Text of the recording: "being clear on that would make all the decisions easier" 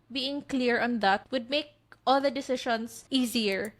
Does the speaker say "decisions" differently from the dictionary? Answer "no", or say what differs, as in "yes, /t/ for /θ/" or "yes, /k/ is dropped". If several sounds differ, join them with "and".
yes, /ʃ/ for /ʒ/